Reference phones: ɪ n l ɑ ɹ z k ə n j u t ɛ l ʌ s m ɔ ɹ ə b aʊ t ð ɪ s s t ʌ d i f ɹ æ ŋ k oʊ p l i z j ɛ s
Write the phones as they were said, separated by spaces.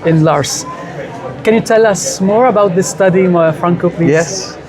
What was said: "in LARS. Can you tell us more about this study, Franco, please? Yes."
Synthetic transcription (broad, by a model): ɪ n l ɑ ɹ s k ə n j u t ɛ l ʌ s m ɔ ɹ ə b aʊ t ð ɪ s s t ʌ d i f ɹ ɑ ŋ k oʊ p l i j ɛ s